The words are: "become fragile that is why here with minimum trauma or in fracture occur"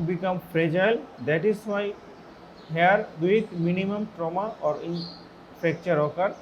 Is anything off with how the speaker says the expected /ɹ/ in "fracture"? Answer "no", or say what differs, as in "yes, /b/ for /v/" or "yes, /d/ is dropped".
yes, /ɹ/ is dropped